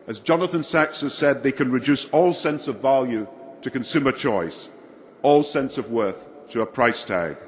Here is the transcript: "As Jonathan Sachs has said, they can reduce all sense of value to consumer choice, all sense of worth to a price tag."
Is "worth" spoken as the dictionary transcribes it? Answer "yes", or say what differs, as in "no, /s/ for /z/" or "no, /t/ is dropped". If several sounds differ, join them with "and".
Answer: yes